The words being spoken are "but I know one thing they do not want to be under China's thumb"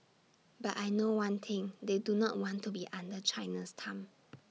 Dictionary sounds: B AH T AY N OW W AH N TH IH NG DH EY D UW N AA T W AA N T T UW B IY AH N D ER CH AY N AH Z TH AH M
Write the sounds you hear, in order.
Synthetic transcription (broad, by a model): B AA T AY N OW W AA N T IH NG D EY D UW N AA T W AA N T T UW B IY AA N D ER CH AY N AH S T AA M